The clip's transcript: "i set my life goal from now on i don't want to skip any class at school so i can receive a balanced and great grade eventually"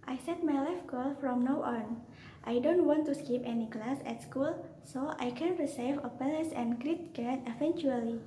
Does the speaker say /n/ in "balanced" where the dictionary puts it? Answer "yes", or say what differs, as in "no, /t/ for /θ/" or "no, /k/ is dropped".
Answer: no, /n/ is dropped